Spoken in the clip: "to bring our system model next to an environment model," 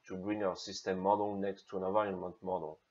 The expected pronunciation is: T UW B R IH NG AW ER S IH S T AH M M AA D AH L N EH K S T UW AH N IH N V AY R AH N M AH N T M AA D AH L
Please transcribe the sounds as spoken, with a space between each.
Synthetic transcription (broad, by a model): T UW B R IH NG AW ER S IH S T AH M M AA D AH L N EH K S T UW AH N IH V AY AH N M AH N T M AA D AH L